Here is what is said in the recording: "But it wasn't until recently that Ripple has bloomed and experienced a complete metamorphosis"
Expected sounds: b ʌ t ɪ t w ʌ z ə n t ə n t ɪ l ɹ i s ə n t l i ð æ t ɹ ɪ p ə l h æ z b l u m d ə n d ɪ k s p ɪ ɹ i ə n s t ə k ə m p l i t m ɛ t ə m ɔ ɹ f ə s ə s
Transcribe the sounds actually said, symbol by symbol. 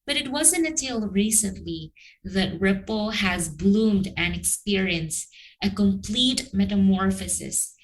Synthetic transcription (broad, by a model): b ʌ t ɪ t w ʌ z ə n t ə t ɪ l ɹ i s ə n t l i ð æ t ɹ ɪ p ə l h æ z b l u m d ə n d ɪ k s p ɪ ɹ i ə n s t ə k ə m p l i t m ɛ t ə m ɔ ɹ f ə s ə s